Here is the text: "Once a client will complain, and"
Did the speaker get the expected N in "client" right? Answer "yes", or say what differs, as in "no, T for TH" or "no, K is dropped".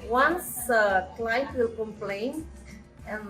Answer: no, N is dropped